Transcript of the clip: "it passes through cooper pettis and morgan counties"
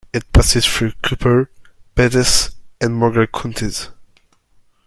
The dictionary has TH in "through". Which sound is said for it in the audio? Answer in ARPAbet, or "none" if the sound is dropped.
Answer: F